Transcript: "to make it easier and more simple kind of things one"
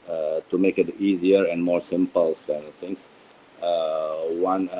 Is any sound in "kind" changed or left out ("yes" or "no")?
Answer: yes